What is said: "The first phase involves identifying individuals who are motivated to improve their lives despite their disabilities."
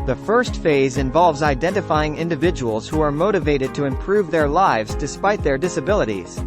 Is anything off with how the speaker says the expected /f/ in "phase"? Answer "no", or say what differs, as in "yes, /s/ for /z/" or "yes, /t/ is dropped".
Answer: no